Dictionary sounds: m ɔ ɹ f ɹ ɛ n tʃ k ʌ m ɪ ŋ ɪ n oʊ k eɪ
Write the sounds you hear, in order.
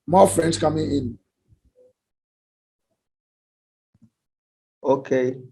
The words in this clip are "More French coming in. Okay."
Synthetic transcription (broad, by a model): m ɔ f ɹ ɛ n s k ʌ m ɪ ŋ ɪ n oʊ k eɪ